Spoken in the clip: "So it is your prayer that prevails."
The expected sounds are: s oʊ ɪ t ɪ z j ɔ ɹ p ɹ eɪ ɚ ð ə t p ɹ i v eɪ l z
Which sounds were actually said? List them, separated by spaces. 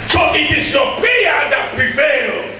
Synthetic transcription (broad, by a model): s oʊ ɪ t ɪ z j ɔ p eɪ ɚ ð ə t p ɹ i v eɪ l